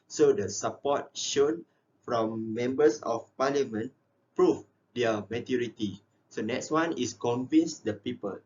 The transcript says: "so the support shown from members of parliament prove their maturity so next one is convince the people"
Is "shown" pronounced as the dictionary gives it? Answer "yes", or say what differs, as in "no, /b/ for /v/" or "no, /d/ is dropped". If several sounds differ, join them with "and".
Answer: yes